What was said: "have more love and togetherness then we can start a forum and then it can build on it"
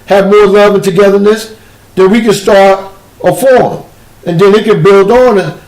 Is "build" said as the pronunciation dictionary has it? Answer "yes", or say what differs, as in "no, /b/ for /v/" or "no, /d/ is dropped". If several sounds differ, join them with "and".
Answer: yes